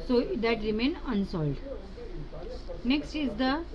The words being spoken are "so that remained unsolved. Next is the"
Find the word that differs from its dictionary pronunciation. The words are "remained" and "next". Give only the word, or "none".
remained